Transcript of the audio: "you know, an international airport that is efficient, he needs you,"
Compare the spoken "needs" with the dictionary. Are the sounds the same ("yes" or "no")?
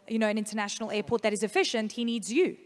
yes